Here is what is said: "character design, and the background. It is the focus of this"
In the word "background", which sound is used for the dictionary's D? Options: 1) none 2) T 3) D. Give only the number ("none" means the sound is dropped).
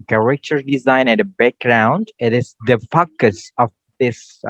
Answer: 3